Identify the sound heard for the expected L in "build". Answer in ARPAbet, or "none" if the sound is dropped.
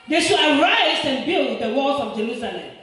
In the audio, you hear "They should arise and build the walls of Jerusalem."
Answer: L